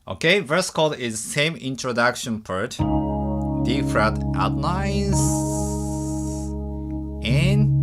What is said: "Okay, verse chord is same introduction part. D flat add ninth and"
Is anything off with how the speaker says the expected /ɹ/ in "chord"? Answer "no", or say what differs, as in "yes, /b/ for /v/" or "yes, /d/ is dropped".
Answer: yes, /l/ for /ɹ/